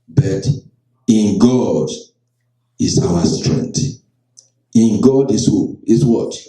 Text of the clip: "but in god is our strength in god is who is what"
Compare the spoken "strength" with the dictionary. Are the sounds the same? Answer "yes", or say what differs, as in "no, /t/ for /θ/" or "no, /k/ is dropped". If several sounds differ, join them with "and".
no, /t/ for /θ/